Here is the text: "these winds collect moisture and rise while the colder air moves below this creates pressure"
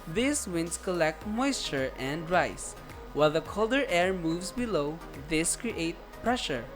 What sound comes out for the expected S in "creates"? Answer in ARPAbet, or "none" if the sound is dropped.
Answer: none